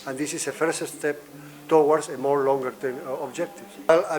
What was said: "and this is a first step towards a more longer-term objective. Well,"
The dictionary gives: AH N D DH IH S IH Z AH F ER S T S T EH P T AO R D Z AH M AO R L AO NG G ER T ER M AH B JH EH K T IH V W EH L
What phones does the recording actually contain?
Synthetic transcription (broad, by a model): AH N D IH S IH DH AH F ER S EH S T EH P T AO W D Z AH M AO R L AO NG G ER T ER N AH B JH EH K T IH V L